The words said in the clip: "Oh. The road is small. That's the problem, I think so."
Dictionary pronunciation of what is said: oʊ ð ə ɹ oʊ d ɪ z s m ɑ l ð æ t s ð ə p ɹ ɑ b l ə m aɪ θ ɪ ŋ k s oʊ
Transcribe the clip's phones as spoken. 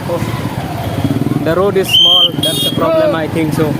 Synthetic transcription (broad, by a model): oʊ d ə ɹ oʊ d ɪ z s m ɑ l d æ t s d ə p ɹ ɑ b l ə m aɪ t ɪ ŋ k s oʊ